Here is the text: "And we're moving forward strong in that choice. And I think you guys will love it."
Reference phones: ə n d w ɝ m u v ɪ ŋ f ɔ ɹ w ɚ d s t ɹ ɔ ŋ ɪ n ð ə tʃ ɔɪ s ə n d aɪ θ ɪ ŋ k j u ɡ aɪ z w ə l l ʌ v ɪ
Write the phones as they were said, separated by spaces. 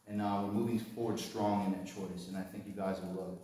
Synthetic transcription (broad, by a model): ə n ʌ w ɝ m u v ɪ ŋ f ɔ ɹ w ɚ d s t ɹ ɔ ŋ ɪ n ð ə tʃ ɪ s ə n aɪ θ ɪ ŋ k j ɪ ɡ aɪ z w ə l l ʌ ɪ